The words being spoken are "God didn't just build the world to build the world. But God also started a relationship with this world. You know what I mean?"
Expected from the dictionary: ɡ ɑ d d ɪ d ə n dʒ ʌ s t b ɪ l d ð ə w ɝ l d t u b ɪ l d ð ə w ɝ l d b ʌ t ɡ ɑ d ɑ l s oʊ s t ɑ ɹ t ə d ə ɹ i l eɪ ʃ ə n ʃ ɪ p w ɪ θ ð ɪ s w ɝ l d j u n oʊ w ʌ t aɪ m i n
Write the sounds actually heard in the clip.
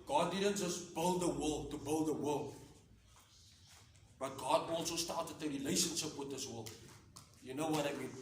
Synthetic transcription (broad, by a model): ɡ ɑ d d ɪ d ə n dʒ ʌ s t b ɪ l d ð ə w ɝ l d t u b ɪ l d ð ə w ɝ l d b ʌ t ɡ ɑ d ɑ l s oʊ s t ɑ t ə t ə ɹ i l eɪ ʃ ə n ʃ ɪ p w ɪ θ ð ɪ s w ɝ l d j u n oʊ w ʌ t aɪ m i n